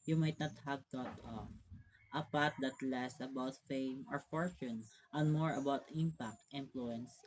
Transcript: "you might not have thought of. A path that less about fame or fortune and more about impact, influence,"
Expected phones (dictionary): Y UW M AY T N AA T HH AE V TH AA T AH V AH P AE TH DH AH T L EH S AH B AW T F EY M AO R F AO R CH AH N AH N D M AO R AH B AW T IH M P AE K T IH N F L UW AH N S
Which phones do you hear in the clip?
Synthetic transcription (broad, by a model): Y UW M AY T N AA T HH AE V T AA T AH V AH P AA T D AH T L EH S AH B AW T F EY M AO R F AO R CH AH N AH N M AO R AH B AW T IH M P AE K T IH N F L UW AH N S